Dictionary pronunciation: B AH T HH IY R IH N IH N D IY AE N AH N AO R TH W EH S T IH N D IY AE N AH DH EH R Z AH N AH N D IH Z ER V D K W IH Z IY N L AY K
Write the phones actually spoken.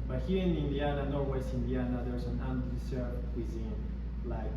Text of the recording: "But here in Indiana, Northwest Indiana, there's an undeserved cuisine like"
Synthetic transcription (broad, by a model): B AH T HH IY R IH N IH N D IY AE N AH N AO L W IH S IH N D IY AE N AH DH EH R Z AH N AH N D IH S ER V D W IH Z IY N L AY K